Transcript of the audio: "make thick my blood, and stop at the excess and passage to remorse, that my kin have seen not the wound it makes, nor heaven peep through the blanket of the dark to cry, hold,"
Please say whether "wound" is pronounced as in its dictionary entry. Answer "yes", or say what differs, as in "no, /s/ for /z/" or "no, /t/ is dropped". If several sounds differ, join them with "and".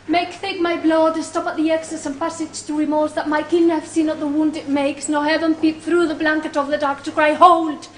yes